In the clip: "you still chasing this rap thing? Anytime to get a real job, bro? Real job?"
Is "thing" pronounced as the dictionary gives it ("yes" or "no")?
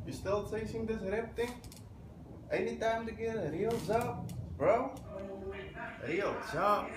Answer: no